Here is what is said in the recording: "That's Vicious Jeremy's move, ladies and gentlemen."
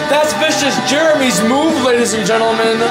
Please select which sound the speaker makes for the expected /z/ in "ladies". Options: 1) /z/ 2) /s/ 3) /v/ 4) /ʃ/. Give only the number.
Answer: 1